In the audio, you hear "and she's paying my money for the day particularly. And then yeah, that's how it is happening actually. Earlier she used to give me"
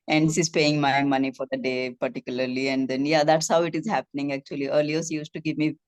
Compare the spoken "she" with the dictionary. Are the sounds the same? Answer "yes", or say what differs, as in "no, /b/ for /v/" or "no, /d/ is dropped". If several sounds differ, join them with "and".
no, /s/ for /ʃ/